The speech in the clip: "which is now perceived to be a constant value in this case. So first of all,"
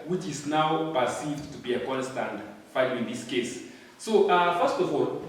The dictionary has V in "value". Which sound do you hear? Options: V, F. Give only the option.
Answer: F